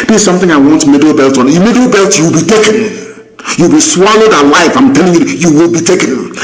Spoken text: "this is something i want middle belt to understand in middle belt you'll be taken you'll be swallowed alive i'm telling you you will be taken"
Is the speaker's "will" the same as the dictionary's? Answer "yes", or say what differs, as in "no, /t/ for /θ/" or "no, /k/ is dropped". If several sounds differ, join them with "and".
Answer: yes